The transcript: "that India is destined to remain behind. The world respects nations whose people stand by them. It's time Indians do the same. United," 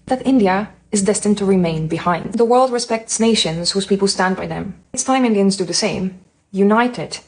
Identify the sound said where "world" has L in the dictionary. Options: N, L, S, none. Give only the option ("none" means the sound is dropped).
L